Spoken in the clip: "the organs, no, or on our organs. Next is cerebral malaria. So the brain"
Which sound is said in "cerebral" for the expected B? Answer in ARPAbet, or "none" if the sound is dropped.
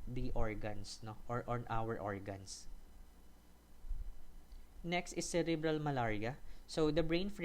B